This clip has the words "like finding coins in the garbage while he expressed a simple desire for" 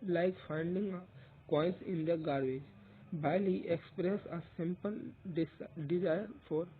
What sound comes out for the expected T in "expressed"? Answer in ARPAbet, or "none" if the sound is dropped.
none